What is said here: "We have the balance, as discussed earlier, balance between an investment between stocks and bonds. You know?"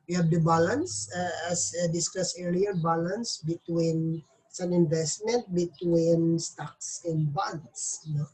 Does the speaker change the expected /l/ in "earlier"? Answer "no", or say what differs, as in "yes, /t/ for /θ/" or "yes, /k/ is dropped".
yes, /l/ is dropped